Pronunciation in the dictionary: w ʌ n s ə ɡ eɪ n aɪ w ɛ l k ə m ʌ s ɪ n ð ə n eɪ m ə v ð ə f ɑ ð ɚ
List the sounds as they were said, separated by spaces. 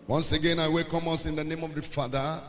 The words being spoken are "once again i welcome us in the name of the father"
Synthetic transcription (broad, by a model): w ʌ n s ə ɡ eɪ n aɪ w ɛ k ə m ʌ s ɪ n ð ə n eɪ m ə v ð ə f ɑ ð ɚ